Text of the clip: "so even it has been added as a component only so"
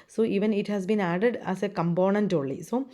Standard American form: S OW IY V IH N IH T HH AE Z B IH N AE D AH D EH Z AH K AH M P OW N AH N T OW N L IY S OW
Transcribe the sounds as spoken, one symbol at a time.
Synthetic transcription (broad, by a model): S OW IY V IH N IH T HH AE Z B IH N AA D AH D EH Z AH K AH M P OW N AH N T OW L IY S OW